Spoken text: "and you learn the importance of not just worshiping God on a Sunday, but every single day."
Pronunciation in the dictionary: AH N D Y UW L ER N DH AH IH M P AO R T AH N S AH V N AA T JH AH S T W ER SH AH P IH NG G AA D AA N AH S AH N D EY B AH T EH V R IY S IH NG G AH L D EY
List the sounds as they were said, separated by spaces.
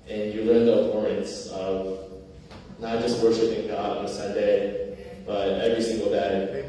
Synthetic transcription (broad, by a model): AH N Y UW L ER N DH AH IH P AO R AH N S AH V N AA T JH AH S T W ER SH AH P IH NG G AA D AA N AH S AH N D EY B AH T EH V R IY S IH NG G L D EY